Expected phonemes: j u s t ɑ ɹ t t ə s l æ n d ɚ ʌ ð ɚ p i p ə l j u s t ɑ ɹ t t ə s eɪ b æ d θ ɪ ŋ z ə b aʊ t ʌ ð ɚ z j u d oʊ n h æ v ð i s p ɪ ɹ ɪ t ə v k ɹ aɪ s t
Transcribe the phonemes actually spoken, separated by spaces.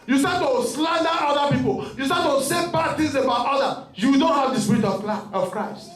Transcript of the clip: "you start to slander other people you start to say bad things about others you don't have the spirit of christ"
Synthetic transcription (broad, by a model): j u s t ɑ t t ə s l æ n d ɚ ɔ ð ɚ p i p ə l j u s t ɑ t t ə s eɪ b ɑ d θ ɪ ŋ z ə b aʊ t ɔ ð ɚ j u d oʊ n h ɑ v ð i s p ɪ ɹ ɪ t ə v k ɹ aɪ s t